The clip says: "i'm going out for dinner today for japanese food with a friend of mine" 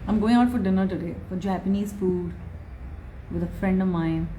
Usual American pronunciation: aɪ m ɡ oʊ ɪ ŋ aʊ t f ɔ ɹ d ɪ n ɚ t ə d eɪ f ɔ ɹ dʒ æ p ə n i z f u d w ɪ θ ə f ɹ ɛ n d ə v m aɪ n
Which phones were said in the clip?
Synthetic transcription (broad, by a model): aɪ m ɡ oʊ ɪ ŋ aʊ t f ɔ ɹ d ɪ n ɚ t ə d eɪ f ɔ ɹ dʒ æ p ə n i z f u d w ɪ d ə f ɹ ɛ n d ə v m aɪ n